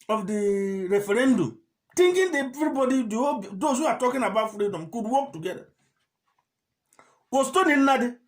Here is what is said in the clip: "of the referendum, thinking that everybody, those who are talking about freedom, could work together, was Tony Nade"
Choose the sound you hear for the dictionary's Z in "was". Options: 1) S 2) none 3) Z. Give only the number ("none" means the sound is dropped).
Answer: 1